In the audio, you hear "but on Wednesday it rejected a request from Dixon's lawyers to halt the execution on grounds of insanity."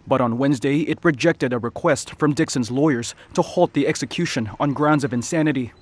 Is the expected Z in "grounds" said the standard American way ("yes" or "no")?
yes